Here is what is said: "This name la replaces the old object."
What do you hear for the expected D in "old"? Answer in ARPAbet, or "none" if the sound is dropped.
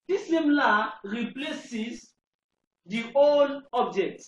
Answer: none